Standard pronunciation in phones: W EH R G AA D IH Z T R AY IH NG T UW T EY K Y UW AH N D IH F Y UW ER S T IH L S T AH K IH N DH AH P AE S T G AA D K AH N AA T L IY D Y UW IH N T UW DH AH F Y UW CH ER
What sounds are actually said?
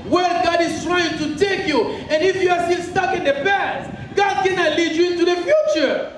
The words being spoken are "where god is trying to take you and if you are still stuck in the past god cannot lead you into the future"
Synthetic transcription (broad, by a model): W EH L G AA D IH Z T R AY IH NG T UW T EY K Y UW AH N IH F Y UW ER S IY N S T AH K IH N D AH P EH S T G AA D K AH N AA L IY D Y UW IH N T UW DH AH F Y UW CH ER